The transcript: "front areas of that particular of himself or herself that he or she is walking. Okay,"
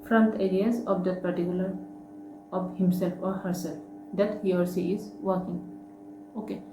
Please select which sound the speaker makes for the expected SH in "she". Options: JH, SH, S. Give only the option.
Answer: S